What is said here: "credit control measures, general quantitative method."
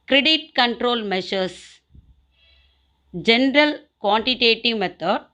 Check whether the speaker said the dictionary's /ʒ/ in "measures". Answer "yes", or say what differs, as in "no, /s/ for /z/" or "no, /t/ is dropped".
no, /ʃ/ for /ʒ/